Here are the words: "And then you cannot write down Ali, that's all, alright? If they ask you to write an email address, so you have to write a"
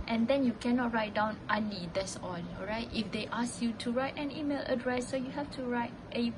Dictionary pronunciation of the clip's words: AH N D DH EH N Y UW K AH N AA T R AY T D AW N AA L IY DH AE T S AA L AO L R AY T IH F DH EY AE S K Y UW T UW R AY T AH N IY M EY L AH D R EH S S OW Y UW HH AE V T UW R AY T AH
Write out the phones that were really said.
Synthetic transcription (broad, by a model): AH N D EH N Y UW K AH N AA T R AY T D AW N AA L IY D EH T S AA N AO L R AY T IH F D EY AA S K Y UW T UW R AY T AH N IY M EY L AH D R EH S S OW Y UW HH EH F T UW R AY T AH